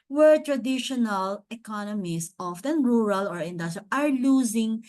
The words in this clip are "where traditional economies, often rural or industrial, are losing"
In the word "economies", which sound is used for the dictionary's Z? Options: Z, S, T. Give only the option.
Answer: S